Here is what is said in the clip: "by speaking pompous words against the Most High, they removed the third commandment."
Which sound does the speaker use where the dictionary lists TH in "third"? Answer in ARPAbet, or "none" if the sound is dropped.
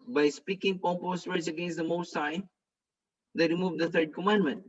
T